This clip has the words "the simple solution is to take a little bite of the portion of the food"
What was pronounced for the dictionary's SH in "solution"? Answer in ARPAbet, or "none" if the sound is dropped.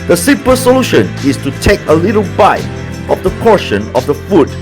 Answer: SH